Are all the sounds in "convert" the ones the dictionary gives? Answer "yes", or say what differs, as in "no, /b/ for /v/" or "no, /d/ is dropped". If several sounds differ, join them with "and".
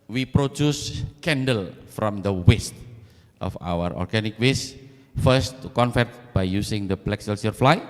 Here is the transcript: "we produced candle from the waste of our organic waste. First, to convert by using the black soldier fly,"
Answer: no, /f/ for /v/